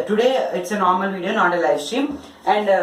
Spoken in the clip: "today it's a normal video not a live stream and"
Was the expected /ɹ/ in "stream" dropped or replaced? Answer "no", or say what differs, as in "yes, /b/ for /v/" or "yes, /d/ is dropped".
yes, /ɹ/ is dropped